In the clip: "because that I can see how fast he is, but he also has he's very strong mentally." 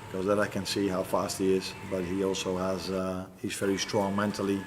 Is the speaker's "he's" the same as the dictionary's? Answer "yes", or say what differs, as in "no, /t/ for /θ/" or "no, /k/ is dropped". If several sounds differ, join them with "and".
yes